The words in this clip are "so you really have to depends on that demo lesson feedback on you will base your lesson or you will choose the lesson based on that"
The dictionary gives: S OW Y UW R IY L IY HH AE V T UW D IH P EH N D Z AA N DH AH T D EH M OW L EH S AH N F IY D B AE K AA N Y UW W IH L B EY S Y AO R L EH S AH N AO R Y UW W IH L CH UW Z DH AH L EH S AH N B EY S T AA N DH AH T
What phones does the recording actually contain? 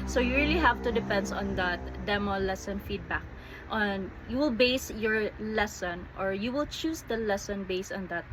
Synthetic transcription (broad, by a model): S OW Y UW R IY L IY HH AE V T UW D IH P EH N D AA N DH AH T D EH M OW L EH S AH N F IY D B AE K AA N Y UW W IH L B EY S Y AO R L EH S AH N AO R Y UW W IH L CH UW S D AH L EH S AH N B EY S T AA N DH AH T